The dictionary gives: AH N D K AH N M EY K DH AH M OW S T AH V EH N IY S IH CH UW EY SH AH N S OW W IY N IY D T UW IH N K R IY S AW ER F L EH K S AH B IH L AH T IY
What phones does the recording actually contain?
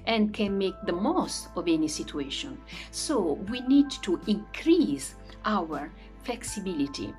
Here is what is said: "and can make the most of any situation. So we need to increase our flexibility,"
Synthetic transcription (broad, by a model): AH N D K AH N M EY K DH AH M OW S T AH V EH N IY S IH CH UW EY SH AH N S OW W IY N IY D T UW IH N K R IY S AW ER F L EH K S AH B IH L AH T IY